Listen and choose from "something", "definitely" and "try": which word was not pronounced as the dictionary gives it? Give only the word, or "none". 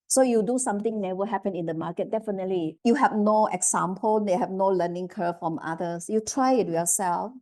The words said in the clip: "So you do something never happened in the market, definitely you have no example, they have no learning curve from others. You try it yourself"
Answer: something